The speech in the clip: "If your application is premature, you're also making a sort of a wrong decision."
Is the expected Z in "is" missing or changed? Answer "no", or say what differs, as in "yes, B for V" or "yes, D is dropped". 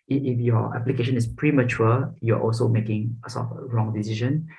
yes, S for Z